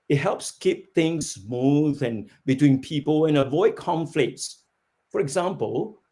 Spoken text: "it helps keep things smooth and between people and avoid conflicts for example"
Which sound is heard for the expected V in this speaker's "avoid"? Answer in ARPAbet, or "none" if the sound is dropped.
V